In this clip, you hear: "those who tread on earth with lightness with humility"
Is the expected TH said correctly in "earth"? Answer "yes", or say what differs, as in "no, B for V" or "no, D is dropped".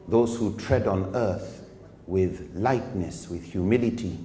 yes